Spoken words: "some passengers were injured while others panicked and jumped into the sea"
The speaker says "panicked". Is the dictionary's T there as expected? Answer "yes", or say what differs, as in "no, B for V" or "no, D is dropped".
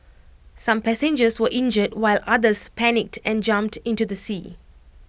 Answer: yes